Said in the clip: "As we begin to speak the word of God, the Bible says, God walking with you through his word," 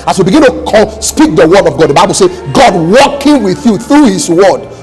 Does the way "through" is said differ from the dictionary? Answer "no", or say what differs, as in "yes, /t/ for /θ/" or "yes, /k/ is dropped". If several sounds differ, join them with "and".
no